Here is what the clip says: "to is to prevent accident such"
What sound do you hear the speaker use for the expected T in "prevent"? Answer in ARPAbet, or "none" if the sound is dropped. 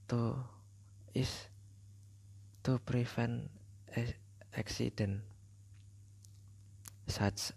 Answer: none